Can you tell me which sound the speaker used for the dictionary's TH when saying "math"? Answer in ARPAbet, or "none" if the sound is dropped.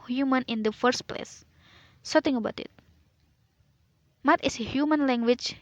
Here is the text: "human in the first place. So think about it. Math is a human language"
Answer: T